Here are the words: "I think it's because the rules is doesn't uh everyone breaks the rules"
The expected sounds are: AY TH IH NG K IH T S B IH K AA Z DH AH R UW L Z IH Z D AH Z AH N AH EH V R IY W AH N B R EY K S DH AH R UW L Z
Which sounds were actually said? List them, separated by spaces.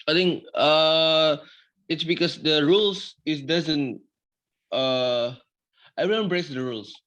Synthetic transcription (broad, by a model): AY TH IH NG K IH T S B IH K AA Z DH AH R UW L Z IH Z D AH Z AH N AH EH R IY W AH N B R EY K S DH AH R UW L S